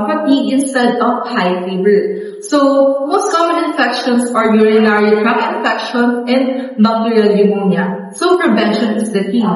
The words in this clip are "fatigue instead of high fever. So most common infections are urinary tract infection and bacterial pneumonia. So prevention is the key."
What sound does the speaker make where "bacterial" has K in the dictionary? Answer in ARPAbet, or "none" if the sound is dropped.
none